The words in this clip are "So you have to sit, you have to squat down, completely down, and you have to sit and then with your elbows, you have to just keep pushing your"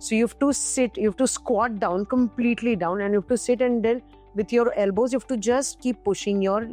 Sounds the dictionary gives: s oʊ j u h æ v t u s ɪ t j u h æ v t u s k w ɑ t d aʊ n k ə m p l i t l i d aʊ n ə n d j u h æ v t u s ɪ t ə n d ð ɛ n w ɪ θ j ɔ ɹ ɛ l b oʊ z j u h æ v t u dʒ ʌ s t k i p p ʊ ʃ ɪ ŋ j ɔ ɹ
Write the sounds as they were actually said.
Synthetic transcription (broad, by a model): s oʊ j u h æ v t u s ɪ t j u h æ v t u s k w ɑ t d aʊ n k ə m p l i t l i d aʊ n ə n d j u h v t u s ɪ t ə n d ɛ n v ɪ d j ɔ ɹ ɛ l b oʊ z j u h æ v t u dʒ ʌ s t k i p p ʊ ʃ ɪ ŋ j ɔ ɹ